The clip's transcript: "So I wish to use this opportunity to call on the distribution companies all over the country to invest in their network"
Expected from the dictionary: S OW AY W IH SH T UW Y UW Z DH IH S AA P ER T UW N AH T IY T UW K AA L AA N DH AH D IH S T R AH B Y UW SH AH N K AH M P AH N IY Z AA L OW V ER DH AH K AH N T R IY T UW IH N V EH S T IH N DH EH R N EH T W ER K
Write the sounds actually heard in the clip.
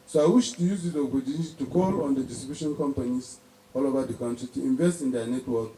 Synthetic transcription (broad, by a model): S OW AY W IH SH T UW Y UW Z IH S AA B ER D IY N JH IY T UW K AA L AA N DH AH D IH S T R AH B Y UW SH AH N K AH M P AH N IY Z AA L OW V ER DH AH K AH N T R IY T UW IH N V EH S T IH N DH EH N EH T W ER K